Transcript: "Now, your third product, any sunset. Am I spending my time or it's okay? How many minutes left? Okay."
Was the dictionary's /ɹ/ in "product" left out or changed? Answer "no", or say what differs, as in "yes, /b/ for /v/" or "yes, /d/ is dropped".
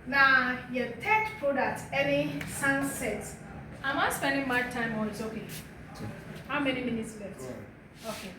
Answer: no